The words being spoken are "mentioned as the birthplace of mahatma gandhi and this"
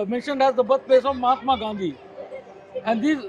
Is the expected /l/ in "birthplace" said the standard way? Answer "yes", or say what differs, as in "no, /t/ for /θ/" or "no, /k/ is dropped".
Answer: no, /l/ is dropped